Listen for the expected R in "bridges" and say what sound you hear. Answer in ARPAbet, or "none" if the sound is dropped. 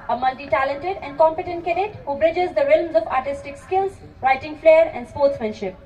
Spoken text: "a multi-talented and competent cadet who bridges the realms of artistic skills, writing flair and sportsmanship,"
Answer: R